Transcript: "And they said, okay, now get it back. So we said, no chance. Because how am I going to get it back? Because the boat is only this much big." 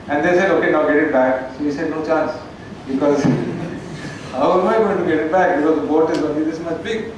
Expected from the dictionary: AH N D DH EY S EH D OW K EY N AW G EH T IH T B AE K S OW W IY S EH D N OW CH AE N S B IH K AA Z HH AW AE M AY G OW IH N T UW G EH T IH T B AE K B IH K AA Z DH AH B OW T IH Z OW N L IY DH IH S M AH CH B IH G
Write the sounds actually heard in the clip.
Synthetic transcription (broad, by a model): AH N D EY S EH D OW K EY N AW G EH T IH T B AE K S OW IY S EH D N OW CH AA N S B IH K AA Z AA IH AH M AY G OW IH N T UW G EH T IH T B AE K B IH K AA Z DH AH B OW T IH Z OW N IY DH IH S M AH S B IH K